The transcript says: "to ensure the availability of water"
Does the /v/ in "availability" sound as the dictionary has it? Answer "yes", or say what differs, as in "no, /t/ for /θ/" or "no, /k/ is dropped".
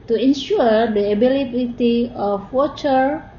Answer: no, /b/ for /v/